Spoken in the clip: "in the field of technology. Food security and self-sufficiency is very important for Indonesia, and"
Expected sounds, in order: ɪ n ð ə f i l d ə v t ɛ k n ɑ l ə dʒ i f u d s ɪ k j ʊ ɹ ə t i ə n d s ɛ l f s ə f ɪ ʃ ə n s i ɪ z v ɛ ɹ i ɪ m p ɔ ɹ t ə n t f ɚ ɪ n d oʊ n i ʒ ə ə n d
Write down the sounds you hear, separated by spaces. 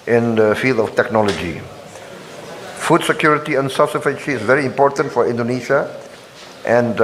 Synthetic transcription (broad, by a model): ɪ n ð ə f i l d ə f t ɛ k n ɑ l ə dʒ i f u d s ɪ k j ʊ ɹ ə t i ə n s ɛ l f s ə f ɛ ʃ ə s v ɛ ɹ i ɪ m p ɔ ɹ t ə n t f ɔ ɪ n d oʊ n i ʃ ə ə n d